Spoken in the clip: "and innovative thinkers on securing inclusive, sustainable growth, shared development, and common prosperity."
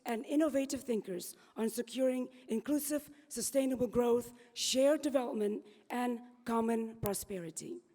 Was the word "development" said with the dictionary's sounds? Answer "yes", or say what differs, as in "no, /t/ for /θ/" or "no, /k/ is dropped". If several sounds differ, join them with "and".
yes